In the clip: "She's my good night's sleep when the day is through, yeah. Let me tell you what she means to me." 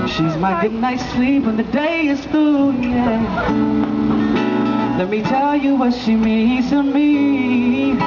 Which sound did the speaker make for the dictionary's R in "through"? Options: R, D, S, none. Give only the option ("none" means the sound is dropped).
none